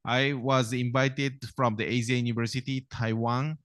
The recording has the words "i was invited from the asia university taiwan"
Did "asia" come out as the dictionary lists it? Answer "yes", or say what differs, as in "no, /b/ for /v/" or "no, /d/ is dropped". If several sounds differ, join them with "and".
no, /z/ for /ʒ/